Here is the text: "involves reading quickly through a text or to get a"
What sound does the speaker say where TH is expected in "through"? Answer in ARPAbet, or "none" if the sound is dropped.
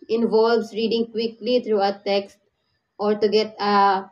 T